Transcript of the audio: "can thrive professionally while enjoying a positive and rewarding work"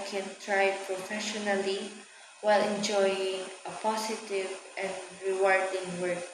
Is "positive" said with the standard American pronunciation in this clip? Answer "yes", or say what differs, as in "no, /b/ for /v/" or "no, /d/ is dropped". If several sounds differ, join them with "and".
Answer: no, /s/ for /z/